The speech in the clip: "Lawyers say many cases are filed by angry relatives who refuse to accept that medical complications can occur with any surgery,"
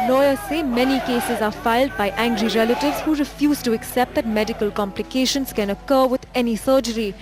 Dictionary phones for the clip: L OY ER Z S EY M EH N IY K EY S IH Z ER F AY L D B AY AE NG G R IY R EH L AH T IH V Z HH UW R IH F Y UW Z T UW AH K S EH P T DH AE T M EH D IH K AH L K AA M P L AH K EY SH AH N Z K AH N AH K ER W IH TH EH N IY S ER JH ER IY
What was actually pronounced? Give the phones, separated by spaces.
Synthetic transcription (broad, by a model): L OY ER S EY M EH N IY K EY S IH Z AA F AY L D B AY AE NG G R IY R EH L AH T IH V Z HH UW R IH F Y UW Z T UW AH K S EH P T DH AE T M EH D IH K AH L K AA M P L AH K EY SH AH N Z K AH N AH K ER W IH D EH N IY S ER JH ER IY